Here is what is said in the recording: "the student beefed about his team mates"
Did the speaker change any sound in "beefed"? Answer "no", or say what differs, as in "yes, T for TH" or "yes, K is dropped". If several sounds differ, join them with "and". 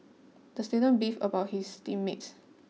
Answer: yes, T is dropped